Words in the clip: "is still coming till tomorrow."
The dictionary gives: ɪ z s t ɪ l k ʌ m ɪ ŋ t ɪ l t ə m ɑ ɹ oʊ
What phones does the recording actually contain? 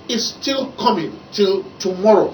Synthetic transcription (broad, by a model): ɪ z s t ɪ l k ʌ m ɪ ŋ t ɪ l t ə m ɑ ɹ oʊ